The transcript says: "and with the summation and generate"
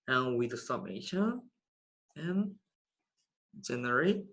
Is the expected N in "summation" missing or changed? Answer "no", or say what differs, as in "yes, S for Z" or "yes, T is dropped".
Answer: yes, N is dropped